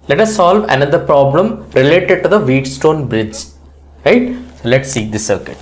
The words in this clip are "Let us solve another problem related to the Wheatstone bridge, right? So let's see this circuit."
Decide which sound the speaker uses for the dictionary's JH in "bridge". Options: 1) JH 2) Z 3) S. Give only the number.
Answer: 1